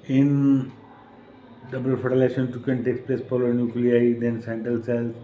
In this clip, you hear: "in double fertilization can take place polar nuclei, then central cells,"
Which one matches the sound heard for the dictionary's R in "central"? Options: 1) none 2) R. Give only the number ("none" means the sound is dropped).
1